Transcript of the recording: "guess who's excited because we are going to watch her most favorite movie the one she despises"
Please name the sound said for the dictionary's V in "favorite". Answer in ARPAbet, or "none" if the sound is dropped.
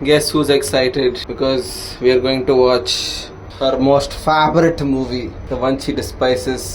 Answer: B